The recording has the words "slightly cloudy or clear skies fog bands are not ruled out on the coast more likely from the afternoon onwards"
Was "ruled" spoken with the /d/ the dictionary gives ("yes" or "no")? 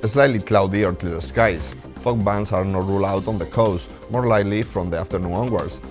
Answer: no